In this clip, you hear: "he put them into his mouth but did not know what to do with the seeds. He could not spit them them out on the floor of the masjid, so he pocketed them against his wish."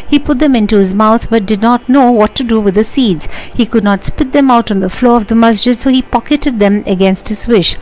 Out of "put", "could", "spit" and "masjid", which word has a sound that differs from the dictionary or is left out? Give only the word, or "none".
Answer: none